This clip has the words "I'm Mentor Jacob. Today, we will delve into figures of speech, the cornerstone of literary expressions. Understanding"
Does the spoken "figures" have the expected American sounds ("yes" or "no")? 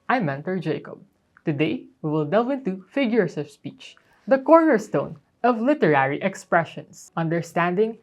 no